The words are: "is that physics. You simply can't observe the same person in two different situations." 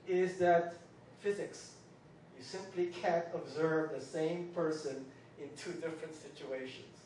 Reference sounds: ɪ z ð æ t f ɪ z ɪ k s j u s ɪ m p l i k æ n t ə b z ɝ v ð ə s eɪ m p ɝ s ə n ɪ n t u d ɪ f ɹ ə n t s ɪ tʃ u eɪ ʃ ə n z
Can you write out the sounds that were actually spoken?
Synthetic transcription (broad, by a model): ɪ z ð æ t f ɪ z ɪ k s j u s ɪ m p l i k æ n t ə b z ɝ v ð ə s eɪ m p ɝ s ə n ɪ n t u d ɪ f ɹ ə n t s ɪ tʃ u eɪ ʃ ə n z